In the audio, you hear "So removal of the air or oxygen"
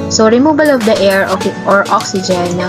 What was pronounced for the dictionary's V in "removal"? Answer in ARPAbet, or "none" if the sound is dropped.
B